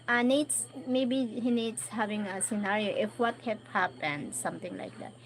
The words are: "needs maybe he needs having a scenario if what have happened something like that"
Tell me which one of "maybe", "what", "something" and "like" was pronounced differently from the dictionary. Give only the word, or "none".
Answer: something